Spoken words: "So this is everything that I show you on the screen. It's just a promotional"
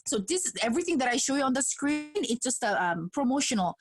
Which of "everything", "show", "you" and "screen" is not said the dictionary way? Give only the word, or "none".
none